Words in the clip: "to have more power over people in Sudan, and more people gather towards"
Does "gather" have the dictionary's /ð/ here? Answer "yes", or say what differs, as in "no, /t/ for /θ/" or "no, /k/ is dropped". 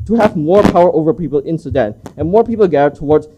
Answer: no, /ð/ is dropped